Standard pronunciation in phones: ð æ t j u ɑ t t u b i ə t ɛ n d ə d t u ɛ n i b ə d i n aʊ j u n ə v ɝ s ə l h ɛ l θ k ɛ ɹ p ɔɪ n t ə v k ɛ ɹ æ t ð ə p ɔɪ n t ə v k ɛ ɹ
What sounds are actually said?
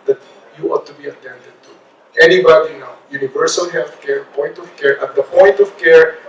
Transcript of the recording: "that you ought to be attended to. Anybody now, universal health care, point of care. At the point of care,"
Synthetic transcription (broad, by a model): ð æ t j u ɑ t t u b i ə t ɛ n d ə d t u ɛ n i b ə d i n aʊ j u n ə v ɝ s ə l h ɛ l t k ɛ ɹ p ɔɪ n t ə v k ɛ ɹ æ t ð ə p ɔɪ n t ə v k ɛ ɹ